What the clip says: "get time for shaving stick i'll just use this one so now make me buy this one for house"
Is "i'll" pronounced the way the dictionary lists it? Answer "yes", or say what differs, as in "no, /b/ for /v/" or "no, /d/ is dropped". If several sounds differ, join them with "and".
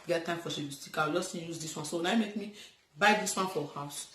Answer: no, /w/ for /l/